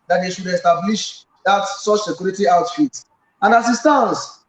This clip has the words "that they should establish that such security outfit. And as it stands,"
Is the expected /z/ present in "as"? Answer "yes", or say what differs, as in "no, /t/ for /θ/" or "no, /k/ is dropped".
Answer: no, /s/ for /z/